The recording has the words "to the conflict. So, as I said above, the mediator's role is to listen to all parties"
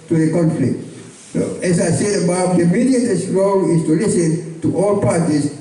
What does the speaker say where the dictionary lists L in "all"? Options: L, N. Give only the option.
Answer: L